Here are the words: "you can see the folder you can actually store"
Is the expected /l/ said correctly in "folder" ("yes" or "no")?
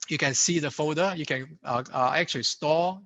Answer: no